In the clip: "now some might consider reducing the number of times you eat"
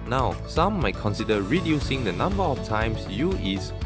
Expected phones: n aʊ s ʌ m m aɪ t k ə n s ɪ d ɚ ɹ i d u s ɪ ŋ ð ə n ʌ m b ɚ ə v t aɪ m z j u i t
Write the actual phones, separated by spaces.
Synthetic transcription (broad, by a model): n aʊ s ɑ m m aɪ t k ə n s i d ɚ ɹ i d u s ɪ ŋ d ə n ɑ m b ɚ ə f t aɪ m s j u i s